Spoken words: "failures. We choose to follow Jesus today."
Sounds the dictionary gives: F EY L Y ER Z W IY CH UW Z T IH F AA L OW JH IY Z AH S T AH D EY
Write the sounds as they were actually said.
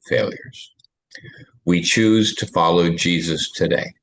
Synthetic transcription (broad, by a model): F EY L Y ER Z W IY CH UW Z T IH F AA L OW JH IY Z AH S T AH D EY